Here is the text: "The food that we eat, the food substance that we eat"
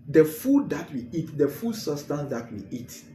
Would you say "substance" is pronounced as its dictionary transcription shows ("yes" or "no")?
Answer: no